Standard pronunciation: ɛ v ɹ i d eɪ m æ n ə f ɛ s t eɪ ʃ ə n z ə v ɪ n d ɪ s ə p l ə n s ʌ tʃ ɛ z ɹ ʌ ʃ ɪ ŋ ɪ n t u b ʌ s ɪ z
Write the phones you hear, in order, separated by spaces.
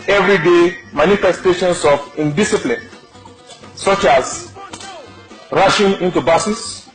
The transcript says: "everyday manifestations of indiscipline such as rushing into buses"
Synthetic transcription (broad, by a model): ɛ v ɹ i d eɪ m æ n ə f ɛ s t eɪ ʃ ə n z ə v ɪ n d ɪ s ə p l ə n s ʌ tʃ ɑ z ɹ ʌ ʃ ɪ ŋ ɪ n t u b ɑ s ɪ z